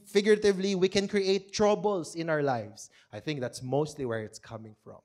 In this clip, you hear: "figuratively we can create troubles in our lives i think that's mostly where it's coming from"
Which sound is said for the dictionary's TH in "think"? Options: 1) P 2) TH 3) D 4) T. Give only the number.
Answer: 2